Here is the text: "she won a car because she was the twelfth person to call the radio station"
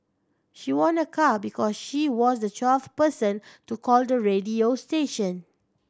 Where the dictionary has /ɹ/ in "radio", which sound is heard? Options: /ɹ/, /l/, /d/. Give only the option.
/ɹ/